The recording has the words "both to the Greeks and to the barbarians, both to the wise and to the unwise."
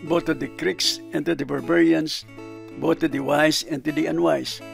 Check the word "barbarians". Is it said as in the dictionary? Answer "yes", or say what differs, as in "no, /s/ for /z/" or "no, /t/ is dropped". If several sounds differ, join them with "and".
no, /s/ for /z/